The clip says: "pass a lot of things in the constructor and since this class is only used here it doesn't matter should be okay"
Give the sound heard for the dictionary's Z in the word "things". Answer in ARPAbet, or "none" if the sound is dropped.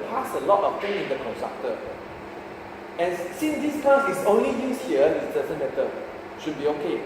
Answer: none